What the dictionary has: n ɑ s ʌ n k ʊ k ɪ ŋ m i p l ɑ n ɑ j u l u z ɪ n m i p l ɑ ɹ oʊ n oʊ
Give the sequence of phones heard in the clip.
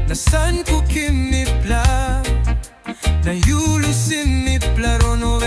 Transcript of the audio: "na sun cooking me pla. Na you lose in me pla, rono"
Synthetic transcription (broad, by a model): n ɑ s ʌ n k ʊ k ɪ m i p l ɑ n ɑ j u l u s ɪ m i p l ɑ ɹ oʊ n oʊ